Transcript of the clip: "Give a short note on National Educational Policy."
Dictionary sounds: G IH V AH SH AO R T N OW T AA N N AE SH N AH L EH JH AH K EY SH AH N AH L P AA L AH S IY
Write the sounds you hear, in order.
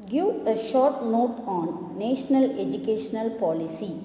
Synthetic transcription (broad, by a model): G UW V AH SH AO R T N OW T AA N N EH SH N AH L EH JH AH K EY SH AH N AH L P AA L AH S IY